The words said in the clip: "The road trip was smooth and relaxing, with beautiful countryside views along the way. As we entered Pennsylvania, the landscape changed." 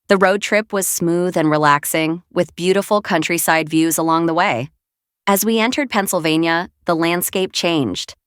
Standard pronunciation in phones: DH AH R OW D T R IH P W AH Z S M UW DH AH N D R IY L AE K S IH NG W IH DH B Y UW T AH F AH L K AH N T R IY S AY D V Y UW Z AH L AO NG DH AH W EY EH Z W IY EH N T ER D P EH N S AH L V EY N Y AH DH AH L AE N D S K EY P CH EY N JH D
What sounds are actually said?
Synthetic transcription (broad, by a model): DH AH R OW D T R IH P W AH Z S M UW DH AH N R IY L AE K S IH NG W IH DH B Y UW T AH F L K AH N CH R IY S AY D V Y UW Z AH L AO NG DH AH W EY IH Z W IY EH N T ER D P EH N S L V EY N Y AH DH AH L AE N D S K EY P CH EY N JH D